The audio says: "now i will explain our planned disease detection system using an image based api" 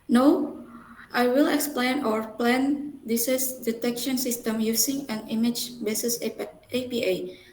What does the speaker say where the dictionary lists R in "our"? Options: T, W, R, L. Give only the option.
R